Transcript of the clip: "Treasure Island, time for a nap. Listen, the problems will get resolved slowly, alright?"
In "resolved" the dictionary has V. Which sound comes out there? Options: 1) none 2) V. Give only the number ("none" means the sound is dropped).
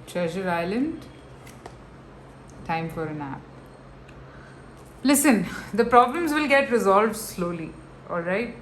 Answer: 2